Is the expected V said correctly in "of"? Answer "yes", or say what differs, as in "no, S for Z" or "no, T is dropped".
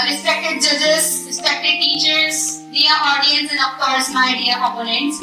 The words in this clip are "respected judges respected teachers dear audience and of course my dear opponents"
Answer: no, P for V